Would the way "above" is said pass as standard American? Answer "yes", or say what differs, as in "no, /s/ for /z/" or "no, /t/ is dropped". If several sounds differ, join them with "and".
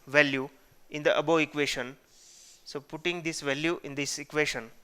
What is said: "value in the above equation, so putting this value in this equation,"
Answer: no, /v/ is dropped